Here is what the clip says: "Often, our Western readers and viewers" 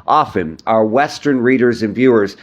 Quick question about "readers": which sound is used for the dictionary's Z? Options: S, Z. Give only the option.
Z